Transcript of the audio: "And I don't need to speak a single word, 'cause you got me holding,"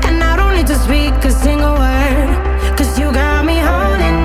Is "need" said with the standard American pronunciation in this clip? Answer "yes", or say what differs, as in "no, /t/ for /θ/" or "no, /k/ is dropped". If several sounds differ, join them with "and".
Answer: no, /l/ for /n/